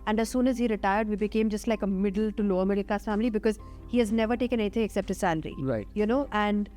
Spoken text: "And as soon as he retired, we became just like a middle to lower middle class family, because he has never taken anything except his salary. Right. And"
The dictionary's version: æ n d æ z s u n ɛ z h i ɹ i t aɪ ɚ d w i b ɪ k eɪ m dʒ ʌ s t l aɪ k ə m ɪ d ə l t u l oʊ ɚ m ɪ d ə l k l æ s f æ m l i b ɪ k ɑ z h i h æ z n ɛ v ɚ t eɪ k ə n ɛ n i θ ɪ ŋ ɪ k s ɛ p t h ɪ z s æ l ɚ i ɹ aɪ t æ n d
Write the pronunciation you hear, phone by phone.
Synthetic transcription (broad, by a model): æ n d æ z s u n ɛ z h i ɹ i t aɪ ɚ d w i b ɪ k eɪ m dʒ ʌ s t l aɪ k ə m ɪ d ə l t u l oʊ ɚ m ɪ d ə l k ɑ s f æ m l i b ɪ k ɑ z h i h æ z n ɛ v ɚ t eɪ k ə n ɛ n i t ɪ ŋ ɪ k s ɛ p t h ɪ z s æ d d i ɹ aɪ t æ n d